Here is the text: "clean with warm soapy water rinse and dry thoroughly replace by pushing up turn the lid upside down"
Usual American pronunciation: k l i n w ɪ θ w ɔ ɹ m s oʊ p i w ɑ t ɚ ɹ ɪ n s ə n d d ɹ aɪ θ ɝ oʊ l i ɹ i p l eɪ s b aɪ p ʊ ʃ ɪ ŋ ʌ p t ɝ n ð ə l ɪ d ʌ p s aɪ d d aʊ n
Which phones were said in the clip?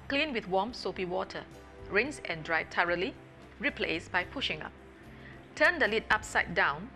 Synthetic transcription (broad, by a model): k l i n w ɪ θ w ɔ m s oʊ p i w ɑ t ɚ ɹ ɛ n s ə n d d ɹ aɪ t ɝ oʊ l i ɹ i p l eɪ s b aɪ p ʊ ʃ ɪ ŋ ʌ p t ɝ n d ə l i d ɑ p s aɪ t d aʊ n